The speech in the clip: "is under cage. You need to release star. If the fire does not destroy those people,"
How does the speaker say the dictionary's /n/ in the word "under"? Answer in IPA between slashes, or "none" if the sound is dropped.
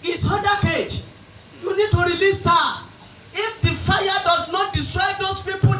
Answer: none